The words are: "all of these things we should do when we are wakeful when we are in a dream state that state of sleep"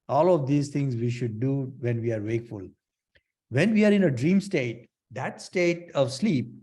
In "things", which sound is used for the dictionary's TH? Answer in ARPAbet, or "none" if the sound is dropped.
T